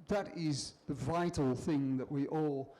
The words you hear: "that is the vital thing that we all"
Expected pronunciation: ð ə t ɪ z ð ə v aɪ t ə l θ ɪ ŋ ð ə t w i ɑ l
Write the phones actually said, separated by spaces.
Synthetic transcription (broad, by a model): ð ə t ɪ z ð ə v aɪ t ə l θ ɪ ŋ ð ə t w i ɑ l